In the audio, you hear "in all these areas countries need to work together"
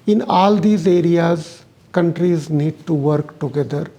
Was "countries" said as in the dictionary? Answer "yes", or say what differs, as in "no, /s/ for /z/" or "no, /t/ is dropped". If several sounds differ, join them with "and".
yes